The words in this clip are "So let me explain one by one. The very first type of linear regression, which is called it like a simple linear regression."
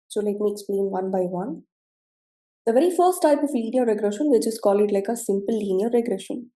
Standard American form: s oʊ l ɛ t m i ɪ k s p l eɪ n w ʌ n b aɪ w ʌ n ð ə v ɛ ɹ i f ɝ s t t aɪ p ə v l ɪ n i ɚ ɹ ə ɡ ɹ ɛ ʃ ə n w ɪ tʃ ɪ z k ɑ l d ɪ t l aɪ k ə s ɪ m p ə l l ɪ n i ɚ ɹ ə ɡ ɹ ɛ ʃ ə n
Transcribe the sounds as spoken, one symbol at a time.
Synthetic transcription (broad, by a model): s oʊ l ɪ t m i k s p l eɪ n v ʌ n b aɪ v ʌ n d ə v ɛ ɹ i f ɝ s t t aɪ p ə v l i n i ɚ ɹ ə ɡ ɹ ɛ ʃ ə n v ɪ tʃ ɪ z k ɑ l ɪ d l aɪ k ə s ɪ m p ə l l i n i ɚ ɹ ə ɡ ɹ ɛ ʃ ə n